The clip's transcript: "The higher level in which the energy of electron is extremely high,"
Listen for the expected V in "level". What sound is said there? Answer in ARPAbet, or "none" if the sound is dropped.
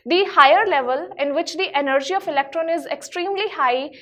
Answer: V